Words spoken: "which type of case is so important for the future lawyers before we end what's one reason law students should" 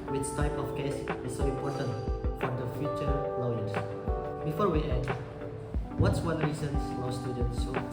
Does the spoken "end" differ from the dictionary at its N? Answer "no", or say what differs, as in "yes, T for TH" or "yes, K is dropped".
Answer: yes, N is dropped